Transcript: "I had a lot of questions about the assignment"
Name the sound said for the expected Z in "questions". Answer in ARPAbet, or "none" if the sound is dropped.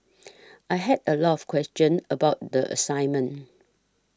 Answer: none